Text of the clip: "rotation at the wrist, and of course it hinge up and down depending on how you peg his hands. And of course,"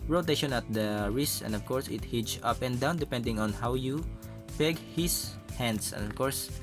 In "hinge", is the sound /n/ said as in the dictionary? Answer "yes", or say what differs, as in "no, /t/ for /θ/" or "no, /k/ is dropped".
no, /n/ is dropped